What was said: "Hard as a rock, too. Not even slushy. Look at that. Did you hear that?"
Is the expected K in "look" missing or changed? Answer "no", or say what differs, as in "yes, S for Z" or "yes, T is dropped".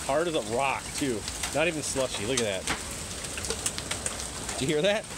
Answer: no